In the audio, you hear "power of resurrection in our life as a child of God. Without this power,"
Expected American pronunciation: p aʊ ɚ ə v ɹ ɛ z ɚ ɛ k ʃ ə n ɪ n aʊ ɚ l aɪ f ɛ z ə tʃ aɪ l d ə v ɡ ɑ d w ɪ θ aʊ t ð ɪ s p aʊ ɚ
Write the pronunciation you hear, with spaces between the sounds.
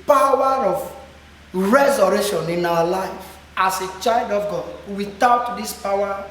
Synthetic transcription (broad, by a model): p aʊ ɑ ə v ɹ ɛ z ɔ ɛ ʃ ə n ɪ n aʊ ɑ l aɪ f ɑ s ə tʃ aɪ l d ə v ɡ ɑ d w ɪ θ aʊ t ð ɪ s p aʊ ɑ